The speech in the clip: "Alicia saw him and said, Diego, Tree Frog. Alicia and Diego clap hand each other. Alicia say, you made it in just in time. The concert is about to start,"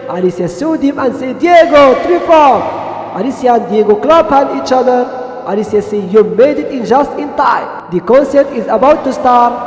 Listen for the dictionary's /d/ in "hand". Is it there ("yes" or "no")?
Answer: no